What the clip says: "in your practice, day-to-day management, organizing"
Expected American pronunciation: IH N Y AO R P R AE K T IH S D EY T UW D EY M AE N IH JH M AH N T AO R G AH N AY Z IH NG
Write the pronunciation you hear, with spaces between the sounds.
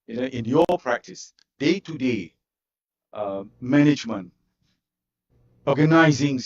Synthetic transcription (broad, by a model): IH N Y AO P R AE K T IH S D EY T UW D EY M AE N IH JH M AH N T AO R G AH N AY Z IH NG